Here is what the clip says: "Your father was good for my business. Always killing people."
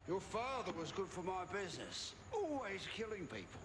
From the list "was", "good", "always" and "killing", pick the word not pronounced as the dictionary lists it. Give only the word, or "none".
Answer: none